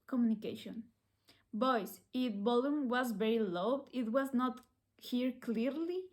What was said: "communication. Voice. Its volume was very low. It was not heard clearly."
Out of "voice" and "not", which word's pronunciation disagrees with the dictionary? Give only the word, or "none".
voice